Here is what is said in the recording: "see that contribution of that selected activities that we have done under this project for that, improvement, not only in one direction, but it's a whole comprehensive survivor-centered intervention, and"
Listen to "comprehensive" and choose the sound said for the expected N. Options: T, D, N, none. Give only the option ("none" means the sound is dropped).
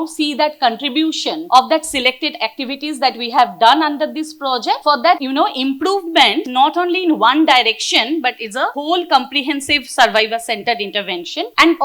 N